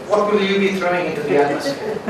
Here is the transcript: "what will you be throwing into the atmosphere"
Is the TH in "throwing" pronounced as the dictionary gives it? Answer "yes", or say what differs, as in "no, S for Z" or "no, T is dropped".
yes